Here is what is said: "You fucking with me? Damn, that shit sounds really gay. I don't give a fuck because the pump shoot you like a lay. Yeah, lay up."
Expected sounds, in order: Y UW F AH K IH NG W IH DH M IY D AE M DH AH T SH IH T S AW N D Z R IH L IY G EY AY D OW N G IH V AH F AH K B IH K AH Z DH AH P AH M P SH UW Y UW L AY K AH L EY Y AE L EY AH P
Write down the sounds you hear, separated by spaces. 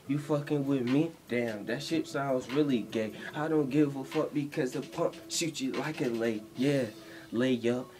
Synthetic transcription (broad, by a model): Y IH F AH K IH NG W IH DH M IY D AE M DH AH T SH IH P S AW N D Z R IH L IY G EY AY D OW N G IH V AH F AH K B IH K AH Z DH AH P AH P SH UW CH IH L AY K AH L EY Y AE L EY AH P